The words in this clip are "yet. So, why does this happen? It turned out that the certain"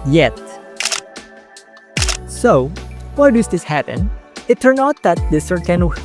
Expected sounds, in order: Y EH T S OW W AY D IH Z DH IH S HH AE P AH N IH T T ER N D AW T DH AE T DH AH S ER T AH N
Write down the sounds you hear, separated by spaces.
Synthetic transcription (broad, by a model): Y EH T S OW W AY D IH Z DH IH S HH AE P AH N IH T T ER N AW T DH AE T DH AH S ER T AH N